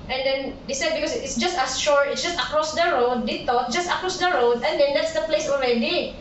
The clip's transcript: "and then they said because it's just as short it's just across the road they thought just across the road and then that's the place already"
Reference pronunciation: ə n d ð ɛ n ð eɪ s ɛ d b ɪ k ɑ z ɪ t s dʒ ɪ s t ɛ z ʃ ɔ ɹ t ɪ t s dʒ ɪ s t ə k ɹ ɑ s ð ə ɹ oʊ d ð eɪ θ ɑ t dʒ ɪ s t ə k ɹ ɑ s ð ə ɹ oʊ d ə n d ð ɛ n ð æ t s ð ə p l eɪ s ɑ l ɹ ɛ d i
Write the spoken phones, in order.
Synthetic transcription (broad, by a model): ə n d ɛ n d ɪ s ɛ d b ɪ k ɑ s ɪ t s dʒ ɪ s t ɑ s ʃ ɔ ɹ ɪ t s dʒ ɪ s t ə k ɹ ɑ s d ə ɹ oʊ d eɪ t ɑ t dʒ ɪ s t ə k ɹ ɑ s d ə ɹ oʊ d ə n d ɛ n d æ t s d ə p l eɪ s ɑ l ɹ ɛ d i